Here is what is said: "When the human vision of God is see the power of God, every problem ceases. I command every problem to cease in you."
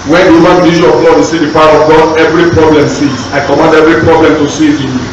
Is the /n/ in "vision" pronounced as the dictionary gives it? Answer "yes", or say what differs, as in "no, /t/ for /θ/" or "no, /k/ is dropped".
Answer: no, /n/ is dropped